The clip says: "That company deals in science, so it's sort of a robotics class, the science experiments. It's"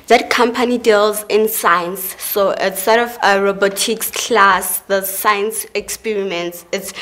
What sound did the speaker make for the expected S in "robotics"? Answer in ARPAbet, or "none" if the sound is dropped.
S